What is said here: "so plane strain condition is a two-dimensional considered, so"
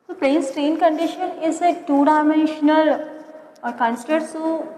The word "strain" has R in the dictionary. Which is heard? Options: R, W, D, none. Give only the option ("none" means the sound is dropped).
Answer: R